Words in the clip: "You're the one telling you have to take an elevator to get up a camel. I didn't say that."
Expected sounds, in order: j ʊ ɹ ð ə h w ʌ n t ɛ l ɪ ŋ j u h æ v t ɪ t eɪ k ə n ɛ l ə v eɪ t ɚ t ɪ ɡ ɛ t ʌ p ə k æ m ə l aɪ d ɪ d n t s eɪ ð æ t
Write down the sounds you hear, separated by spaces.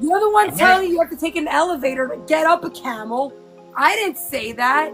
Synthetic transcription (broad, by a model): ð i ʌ ð ə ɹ w ʌ n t ɛ l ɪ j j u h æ f t ɪ t eɪ k ə n ɛ l ə v eɪ t ɚ t ɪ ɡ ɛ t ʌ p ə k æ m l aɪ d ɪ d n t s eɪ ð æ t